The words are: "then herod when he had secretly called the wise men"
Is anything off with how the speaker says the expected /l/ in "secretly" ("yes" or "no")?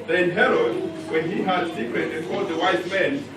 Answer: yes